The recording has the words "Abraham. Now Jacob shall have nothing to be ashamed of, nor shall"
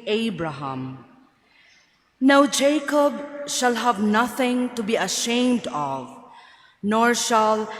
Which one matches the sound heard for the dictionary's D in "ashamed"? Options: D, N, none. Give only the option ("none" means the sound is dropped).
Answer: D